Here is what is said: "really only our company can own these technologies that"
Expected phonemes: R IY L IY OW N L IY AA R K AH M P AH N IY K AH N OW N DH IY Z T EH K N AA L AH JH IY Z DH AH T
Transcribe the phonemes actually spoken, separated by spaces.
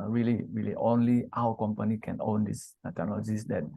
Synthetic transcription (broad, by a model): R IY L IY OW N L IY AA W K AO M P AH N IY K AH N OW N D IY S T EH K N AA L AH JH IY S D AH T